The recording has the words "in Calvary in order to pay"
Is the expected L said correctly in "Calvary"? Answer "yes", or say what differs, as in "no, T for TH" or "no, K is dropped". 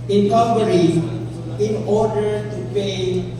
no, L is dropped